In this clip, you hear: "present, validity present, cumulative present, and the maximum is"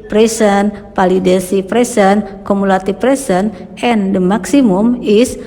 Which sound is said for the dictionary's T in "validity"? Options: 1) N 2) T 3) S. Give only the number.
3